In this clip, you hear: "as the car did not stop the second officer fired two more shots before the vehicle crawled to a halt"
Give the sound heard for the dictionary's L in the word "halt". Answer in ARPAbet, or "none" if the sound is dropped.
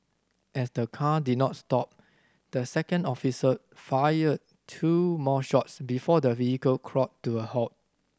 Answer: none